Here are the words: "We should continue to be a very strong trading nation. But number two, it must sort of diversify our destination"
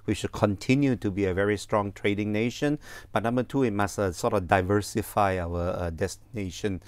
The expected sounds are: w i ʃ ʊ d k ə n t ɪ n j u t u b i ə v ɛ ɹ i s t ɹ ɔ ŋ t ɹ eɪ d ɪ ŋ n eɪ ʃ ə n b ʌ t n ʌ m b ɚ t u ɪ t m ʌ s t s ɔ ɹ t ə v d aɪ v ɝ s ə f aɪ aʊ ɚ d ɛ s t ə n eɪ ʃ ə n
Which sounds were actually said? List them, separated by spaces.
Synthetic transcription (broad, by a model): w i ʃ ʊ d k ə n t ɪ n j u t u b i ə v ɛ ɹ i s t ɹ ɔ ŋ t ɹ eɪ d ɪ ŋ n eɪ ʃ ə n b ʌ t n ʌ m b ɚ t u ɪ t m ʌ s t s ɔ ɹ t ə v d aɪ v ɝ s ə f aɪ aʊ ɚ d ɛ s t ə n eɪ ʃ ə n